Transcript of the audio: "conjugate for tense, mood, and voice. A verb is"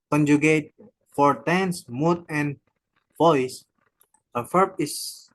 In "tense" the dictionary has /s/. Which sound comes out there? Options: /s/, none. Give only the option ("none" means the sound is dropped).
/s/